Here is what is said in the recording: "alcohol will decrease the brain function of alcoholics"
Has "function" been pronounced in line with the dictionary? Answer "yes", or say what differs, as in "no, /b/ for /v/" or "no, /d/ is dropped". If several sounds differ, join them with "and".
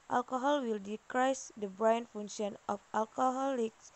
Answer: no, /k/ is dropped